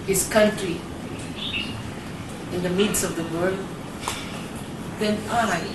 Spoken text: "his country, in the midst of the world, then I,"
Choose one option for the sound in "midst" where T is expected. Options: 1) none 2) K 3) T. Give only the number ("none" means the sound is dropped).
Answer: 1